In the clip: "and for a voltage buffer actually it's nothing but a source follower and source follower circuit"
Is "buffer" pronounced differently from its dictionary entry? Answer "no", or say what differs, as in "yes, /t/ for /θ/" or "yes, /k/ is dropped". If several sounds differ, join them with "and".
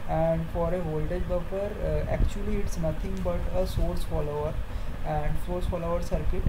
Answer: yes, /p/ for /f/